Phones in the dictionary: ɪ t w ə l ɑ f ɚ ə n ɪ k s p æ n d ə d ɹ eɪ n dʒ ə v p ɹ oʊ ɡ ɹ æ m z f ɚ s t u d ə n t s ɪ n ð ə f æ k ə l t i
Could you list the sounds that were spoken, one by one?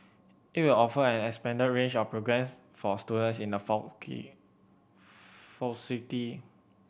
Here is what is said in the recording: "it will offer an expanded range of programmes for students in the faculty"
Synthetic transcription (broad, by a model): ɪ t w ə l ɑ f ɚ ə n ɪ k s p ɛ n d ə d ɹ eɪ n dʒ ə f p ɹ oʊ ɡ ɹ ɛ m s f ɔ s t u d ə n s ɪ n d ə f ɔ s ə t i